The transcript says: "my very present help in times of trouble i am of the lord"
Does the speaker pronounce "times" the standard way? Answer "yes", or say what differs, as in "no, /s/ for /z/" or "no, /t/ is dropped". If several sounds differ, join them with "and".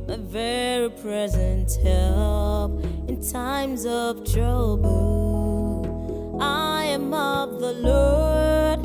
yes